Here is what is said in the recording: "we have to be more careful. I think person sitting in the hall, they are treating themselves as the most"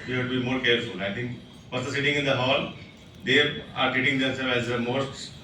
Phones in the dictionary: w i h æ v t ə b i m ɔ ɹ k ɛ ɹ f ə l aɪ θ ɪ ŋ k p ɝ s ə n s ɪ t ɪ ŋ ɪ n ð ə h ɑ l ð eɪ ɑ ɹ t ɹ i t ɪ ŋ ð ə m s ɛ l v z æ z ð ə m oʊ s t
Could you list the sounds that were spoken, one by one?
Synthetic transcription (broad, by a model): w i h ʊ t b i m ɔ ɹ k ɛ ɹ f ə l aɪ t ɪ ŋ k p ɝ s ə s ɪ t ɪ ŋ ɪ n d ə h ɑ l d eɪ ɑ ɹ t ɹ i t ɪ ŋ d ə s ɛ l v æ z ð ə m oʊ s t